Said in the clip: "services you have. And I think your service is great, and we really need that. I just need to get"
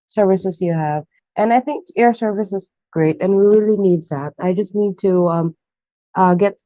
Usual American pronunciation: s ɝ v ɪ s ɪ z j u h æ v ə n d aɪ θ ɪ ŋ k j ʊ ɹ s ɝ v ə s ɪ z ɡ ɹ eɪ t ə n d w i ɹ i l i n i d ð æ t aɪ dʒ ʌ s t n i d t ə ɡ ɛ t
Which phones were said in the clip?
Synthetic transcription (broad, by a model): s ɝ v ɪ s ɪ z j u h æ v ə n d aɪ θ ɪ ŋ k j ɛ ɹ s ɝ v ə s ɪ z ɡ ɹ eɪ t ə n w i ɹ i l i n i d ð æ t aɪ dʒ ʌ s t n i d t ə ɡ ɛ t